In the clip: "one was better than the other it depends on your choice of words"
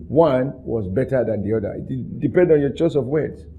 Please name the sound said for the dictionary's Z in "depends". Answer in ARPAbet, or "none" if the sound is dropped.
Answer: none